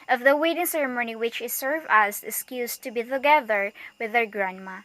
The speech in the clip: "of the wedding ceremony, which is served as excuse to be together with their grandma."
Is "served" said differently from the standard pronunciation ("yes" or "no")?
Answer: yes